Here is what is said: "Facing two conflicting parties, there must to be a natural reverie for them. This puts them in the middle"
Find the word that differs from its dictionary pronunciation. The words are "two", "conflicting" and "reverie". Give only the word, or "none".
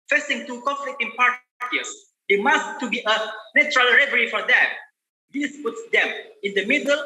conflicting